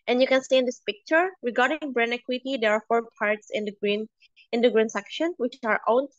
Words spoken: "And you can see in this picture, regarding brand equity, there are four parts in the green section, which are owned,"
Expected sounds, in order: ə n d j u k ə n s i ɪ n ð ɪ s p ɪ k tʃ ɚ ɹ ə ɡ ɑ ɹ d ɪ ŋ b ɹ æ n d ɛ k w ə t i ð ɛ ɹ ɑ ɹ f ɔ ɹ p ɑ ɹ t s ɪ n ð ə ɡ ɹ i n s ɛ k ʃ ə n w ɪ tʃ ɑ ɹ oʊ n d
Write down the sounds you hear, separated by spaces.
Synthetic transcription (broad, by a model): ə n j u k ə n s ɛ ɪ n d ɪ s p ɪ k tʃ ɚ ɹ ə ɡ ɑ ɹ d ɪ ŋ b ɹ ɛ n ɛ k w ə t i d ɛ ɹ ɑ ɹ f ɔ ɹ p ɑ ɹ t s ɪ n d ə ɡ ɹ i n s ɛ k ʃ ə n w ɪ tʃ ɑ ɹ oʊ n